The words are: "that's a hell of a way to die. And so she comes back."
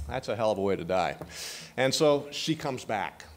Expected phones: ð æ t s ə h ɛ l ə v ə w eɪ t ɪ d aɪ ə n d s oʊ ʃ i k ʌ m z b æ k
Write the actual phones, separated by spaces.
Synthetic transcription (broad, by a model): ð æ t s ə h ɛ l ə v ə w eɪ t ɪ d aɪ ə n s oʊ ʃ i k ʌ m z b æ k